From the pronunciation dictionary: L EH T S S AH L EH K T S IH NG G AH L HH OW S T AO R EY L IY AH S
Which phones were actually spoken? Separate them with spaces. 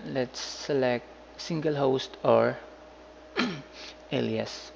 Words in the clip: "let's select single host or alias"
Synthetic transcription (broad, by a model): L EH T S S AH L EH K T S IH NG G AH L HH OW S T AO R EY L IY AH S